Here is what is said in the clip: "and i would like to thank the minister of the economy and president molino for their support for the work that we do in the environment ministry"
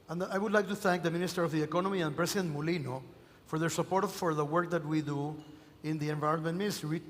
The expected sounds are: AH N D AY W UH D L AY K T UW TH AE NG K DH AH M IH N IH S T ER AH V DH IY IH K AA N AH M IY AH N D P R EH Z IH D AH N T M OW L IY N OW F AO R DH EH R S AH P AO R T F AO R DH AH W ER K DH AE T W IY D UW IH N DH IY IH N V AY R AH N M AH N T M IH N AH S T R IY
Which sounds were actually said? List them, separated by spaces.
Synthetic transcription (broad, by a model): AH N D AY W UH D L AY K T UW TH AE NG K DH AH M IH N IH S T ER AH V DH IY IH K AA N AH M IY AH N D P R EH S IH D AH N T M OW L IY N OW F AO R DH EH R S AH P AO R T F AO R DH AH W ER K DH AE T W IY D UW IH N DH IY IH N V AY R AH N M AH N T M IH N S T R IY